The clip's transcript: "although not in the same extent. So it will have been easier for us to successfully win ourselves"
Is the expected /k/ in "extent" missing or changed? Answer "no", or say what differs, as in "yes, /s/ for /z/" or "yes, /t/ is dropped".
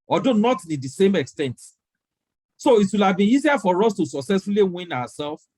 no